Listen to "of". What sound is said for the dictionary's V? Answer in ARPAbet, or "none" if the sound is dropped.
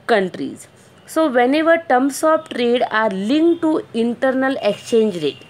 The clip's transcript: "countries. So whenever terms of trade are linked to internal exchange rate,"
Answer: P